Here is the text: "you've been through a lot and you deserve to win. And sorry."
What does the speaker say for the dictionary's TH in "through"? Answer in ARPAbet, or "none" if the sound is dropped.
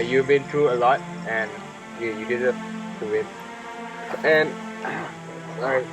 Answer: T